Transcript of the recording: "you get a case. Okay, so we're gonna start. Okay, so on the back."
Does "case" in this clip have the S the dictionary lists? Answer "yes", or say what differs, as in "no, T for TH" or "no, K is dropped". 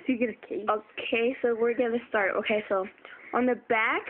no, S is dropped